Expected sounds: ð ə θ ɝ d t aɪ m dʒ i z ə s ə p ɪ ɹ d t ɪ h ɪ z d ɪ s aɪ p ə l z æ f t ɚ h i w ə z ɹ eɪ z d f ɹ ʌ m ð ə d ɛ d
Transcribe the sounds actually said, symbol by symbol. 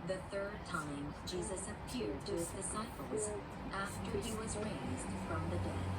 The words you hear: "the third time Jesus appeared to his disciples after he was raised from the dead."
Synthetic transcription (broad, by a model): ð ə θ ɝ d t aɪ m dʒ i z ə s ə p ɪ ɹ d t ɪ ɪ z d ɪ s aɪ p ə l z æ f t ɚ i w ə z ɹ eɪ z d f ɹ ʌ m ð ə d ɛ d